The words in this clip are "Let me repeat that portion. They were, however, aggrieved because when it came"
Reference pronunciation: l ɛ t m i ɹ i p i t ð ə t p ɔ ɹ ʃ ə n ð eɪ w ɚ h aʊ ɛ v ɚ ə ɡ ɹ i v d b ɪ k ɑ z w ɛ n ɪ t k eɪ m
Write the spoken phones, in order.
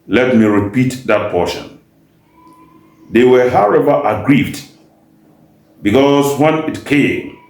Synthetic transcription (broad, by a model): l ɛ t m i ɹ i p i t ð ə t p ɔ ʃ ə n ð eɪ w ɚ h aʊ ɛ v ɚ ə ɡ ɹ i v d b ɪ k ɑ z w ɛ n ɪ t k eɪ m